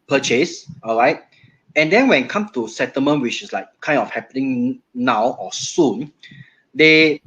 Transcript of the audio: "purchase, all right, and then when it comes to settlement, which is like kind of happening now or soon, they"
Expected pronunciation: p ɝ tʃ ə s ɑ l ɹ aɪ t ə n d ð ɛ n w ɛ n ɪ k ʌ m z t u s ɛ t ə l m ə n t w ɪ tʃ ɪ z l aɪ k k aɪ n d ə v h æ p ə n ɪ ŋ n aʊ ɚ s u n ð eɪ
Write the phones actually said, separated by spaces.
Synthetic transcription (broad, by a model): p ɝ tʃ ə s ɑ l ɹ aɪ t ə n d ɛ n w ɛ n k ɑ m t u s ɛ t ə m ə n w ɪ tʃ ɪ s l aɪ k k aɪ n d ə f h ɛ p ə n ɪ ŋ n aʊ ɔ s u n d eɪ